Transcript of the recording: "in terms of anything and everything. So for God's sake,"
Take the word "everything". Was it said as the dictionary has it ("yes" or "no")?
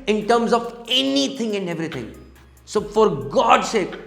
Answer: no